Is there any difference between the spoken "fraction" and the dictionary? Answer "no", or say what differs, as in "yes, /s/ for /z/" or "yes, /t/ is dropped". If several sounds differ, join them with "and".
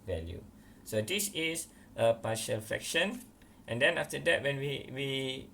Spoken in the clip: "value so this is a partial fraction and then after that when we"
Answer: yes, /ɹ/ is dropped